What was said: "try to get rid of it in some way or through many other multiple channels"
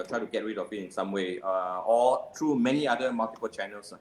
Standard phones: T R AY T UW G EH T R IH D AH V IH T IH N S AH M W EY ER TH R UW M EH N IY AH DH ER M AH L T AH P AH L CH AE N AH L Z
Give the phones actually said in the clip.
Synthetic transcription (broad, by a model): T R AY T UW G EH T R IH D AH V IH T IH N S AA M W EY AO T R UW M EH N IY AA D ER M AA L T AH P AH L CH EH N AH L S